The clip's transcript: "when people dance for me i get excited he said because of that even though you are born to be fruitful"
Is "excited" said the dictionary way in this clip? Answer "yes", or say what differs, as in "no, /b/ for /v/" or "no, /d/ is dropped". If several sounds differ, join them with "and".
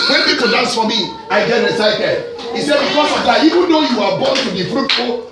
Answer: no, /k/ is dropped